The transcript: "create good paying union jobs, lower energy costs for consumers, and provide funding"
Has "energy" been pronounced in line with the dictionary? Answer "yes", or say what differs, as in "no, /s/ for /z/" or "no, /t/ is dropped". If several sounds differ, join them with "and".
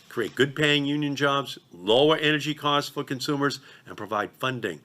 yes